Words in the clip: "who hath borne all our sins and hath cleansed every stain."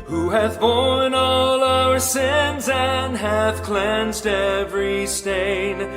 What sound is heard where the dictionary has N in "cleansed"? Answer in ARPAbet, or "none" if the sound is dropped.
N